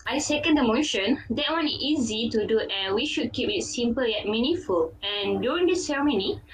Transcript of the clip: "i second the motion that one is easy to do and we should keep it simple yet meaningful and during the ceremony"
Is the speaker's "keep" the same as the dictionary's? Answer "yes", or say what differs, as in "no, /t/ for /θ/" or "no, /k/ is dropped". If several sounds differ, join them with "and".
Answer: yes